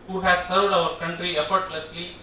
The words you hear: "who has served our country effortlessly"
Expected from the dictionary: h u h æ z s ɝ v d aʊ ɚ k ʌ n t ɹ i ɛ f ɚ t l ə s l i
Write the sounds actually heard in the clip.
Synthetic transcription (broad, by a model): h u h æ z s ɝ v d aʊ ɚ k ʌ n t ɹ i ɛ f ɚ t l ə s l i